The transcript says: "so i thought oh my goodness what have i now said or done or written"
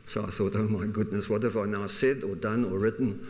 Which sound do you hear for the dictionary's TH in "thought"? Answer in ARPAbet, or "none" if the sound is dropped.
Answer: TH